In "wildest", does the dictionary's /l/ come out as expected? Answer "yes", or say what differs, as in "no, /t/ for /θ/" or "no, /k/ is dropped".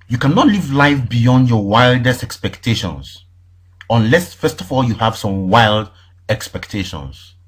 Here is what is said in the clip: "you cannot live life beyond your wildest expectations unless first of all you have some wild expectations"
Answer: yes